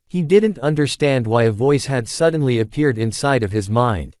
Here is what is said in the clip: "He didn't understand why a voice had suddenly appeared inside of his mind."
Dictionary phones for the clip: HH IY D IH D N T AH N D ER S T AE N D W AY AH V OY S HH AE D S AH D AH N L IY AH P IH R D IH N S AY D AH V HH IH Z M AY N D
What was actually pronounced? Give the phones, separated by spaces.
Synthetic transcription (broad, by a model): HH IY D IH D N T AH N D ER S T AE N D W AY AH V OY S HH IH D S AH D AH N L IY AH P IH R D IH N S AY D AH V IH Z M AY N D